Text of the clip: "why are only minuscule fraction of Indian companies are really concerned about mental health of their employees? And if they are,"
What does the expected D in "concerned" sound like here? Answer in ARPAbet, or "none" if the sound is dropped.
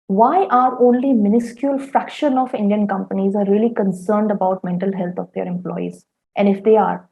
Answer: D